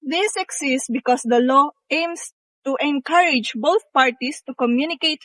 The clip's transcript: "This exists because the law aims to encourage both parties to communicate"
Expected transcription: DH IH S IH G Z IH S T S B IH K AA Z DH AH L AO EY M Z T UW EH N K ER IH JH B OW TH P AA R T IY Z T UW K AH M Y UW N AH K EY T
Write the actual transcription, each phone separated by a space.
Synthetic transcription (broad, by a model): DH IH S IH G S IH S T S B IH K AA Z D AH L AO EY M S T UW EH N K ER IH JH B OW T P AA R T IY S T UW K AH M Y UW N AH K EY T